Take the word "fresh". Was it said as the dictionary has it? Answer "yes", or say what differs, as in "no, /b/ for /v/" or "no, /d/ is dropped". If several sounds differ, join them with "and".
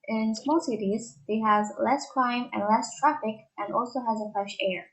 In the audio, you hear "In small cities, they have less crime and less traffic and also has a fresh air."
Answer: yes